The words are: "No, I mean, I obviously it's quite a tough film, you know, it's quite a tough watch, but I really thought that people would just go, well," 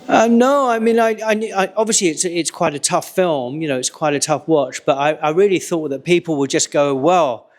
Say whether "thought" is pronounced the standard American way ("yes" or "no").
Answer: yes